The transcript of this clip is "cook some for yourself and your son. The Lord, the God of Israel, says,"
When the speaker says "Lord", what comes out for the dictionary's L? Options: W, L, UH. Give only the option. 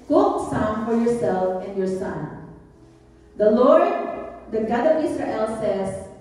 L